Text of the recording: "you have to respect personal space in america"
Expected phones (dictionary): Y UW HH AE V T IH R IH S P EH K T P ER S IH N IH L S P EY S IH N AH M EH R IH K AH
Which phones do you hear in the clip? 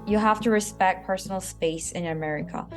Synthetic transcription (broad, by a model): Y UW HH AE F T IH R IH S P EH K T P ER S N L S P EY S IH N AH M EH R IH K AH